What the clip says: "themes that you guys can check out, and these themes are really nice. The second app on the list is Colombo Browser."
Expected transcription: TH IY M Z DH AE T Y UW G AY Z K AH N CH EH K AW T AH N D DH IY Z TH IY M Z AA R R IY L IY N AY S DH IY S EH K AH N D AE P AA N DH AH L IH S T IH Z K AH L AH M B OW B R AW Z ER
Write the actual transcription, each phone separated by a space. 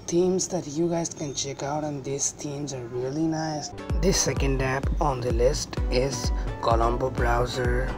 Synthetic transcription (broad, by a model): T IY M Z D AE T Y UW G AY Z K AH N CH EH K AW T AH N D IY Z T IY M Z AA R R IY L IY N AY S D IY S EH K AH N D AE P AA N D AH L IH S T IH Z K AH L AH M B OW B R AW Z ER